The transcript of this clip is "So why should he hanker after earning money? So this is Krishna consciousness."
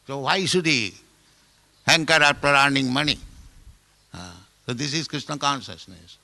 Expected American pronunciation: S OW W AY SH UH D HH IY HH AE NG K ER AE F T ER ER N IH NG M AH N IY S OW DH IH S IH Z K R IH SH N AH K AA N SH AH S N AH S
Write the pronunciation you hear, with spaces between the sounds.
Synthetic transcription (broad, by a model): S OW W AY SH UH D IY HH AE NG K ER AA P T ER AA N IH NG M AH N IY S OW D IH S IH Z K R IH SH N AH K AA N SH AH S N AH S